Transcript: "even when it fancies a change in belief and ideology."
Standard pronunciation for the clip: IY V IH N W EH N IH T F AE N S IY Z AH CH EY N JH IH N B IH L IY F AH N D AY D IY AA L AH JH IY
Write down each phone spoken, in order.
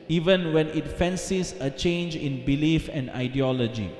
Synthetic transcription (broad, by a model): IY V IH N W EH N IH T F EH N S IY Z AH CH EY N JH IH N B IH L IY F AH N D AY D IY AA L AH JH IY